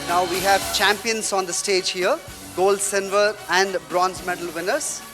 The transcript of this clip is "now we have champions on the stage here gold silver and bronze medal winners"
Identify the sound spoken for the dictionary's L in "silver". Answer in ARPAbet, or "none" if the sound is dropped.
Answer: N